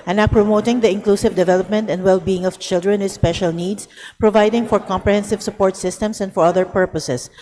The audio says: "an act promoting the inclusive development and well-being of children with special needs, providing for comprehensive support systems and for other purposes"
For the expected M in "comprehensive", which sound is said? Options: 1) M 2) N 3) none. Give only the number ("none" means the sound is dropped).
1